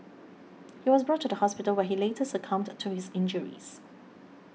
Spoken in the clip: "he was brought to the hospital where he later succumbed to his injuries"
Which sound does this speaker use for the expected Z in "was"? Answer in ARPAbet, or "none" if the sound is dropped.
Z